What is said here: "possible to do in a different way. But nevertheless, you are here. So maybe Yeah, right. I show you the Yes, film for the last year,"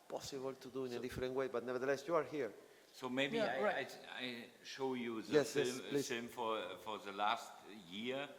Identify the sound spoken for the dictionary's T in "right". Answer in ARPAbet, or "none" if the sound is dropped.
none